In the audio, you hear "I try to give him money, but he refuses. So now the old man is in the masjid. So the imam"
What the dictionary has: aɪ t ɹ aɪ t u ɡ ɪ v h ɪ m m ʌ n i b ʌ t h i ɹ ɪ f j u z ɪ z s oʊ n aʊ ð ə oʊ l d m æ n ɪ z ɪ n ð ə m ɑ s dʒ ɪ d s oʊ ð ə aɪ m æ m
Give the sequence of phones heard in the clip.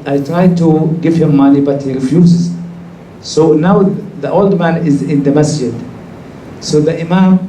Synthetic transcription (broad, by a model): aɪ t ɹ aɪ t u ɡ ɪ v h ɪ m m ʌ n i b ʌ t h i ɹ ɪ f j u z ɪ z s oʊ n aʊ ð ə oʊ l d m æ n ɪ z ɪ n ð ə m ɑ s dʒ ɪ d s oʊ ð ə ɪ m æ m